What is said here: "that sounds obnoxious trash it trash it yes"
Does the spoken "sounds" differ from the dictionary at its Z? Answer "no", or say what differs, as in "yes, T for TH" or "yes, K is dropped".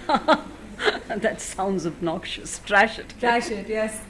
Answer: no